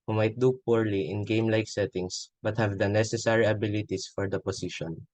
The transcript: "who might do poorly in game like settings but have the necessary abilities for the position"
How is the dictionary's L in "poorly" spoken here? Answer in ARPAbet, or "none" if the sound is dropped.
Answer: L